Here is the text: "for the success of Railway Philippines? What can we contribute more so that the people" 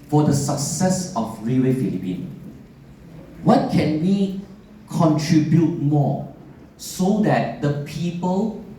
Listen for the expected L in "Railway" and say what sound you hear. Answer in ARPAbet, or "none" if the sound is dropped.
none